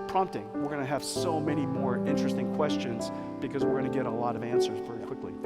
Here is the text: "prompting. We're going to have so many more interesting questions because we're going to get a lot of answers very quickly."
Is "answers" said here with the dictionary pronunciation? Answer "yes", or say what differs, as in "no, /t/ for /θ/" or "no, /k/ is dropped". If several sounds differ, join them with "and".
yes